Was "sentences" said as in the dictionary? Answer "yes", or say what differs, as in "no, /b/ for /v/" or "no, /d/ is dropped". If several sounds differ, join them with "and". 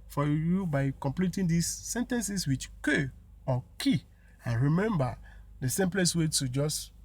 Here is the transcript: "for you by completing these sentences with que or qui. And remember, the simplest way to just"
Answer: no, /s/ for /z/